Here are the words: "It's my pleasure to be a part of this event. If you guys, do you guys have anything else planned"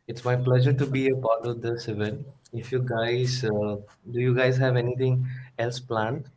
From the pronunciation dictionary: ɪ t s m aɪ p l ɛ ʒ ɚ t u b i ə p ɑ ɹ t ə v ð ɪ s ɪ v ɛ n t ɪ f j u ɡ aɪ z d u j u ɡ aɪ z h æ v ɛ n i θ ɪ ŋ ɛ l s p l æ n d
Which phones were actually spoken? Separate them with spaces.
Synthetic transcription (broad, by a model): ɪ t s m aɪ p l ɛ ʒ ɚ t u b i ə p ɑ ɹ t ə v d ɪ s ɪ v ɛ n ɪ f j u ɡ aɪ z d u j u ɡ aɪ z h æ v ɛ n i t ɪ ŋ ɛ l s p l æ n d